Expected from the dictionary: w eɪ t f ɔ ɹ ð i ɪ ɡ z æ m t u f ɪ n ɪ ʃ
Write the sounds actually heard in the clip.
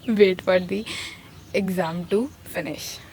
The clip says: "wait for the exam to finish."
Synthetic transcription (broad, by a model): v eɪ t p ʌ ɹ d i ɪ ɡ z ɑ m t u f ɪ n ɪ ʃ